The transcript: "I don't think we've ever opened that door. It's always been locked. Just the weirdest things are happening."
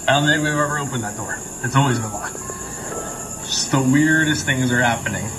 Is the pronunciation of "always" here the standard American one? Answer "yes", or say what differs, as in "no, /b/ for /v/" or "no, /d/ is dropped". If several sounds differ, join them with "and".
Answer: yes